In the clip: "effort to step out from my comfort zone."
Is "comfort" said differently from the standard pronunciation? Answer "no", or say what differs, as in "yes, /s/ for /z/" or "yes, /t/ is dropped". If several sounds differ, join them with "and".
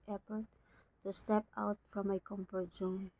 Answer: yes, /p/ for /f/